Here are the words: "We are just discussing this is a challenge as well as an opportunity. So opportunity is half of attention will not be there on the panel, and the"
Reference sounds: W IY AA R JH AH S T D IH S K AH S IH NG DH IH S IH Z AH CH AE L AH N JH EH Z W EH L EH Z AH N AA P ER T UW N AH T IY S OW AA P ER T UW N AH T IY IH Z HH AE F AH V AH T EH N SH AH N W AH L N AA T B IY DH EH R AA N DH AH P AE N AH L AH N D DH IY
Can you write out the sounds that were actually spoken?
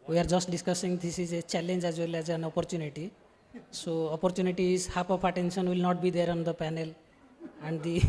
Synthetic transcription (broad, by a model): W IY AA R JH AH S T D IH S K AH S IH NG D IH S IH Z AH CH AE L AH N JH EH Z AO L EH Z AH N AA P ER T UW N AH T IY S OW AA P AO T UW N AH T IY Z HH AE P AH F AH T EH N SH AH N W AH L N AA T B IY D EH R AA N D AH P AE N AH L AH N D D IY